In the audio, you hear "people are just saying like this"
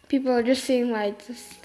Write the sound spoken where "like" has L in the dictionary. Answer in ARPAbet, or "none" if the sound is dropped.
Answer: W